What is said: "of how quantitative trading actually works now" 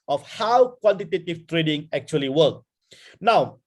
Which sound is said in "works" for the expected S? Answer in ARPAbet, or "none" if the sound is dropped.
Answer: none